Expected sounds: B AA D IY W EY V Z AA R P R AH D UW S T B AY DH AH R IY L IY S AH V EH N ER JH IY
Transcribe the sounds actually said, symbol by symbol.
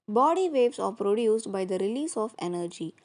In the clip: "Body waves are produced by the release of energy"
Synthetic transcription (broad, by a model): B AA D IY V EY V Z AA R P R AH D UW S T B AY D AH R IY L IY S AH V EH N ER JH IY